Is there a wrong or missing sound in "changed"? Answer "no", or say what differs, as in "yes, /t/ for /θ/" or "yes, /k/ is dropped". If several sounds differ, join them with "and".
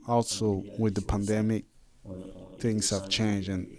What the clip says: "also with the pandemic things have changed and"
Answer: yes, /d/ is dropped